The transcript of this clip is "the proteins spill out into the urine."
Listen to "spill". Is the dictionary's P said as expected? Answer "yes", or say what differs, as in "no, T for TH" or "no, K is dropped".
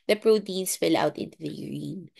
no, F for P